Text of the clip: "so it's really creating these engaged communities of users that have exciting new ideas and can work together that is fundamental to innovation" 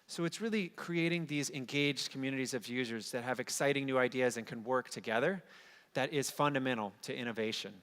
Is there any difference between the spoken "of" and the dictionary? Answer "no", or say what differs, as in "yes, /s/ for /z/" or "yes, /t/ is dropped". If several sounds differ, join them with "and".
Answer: no